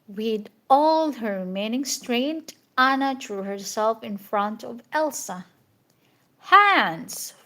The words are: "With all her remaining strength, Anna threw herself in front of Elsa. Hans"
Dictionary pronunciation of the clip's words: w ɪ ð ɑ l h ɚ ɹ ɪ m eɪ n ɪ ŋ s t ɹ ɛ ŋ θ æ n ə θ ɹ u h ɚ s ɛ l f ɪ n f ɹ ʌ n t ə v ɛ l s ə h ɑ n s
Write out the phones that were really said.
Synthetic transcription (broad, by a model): w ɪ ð ɑ l h ɚ ɹ ɪ m eɪ n ɪ ŋ s t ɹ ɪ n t æ n ə t ɹ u h ɚ s ɛ l f ɪ n f ɹ ʌ n t ə v ɛ l s ə h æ n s